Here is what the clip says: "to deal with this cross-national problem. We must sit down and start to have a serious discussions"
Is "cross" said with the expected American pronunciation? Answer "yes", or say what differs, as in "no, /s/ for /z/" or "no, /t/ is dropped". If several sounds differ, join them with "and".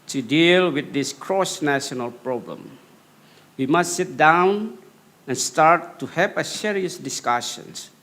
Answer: yes